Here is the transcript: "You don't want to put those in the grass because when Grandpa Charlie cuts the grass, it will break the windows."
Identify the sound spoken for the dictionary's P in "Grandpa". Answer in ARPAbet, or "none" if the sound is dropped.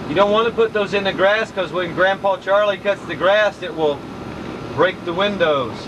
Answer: P